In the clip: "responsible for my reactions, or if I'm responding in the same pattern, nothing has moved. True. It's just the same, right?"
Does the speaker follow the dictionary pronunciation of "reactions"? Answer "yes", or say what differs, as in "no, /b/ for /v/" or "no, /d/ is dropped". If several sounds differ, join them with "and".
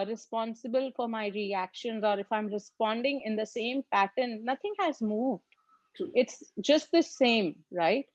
yes